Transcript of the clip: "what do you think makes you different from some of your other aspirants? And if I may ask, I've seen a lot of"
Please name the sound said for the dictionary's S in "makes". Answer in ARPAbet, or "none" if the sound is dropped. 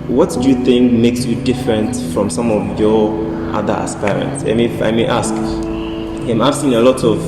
S